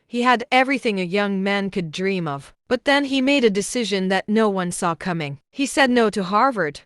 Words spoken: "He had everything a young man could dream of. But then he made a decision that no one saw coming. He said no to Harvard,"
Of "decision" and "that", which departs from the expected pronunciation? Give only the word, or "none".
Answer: none